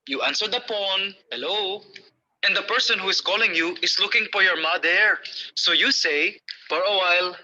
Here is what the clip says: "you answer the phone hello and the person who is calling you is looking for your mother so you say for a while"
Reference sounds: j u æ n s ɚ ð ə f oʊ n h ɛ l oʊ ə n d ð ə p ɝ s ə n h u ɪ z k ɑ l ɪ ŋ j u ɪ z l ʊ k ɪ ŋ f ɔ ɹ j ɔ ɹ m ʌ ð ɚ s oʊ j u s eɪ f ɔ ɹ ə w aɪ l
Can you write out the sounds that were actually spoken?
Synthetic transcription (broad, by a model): j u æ n s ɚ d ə p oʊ n h ɛ l oʊ ə n d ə p ɝ s ə n h u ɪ s k ɑ l ɪ ŋ j u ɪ s l ʊ k ɪ ŋ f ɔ ɹ j ɔ ɹ m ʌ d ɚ s oʊ j u s eɪ f ɔ ɹ ə w aɪ l